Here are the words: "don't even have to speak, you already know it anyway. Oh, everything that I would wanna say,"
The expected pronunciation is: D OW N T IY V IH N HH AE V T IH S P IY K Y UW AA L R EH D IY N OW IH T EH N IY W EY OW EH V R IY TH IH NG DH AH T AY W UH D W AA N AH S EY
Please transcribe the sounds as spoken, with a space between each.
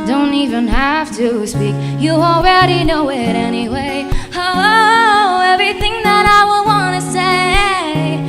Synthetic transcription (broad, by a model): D OW N T IY V IH N HH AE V T IH S P IY K Y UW AA L R EH D IY N OW IH T EH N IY W EY OW EH V R IY TH IH NG DH AH T AY W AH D W AA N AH S EY